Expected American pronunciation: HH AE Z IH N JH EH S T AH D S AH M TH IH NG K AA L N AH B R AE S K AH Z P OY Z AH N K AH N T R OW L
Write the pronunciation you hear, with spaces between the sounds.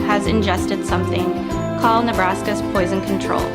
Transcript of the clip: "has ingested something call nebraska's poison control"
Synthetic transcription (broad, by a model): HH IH Z IH N JH EH S T AH D S AH M TH IH NG K AA L N AH B R AE S K AH Z P OY Z AH N K N T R OW L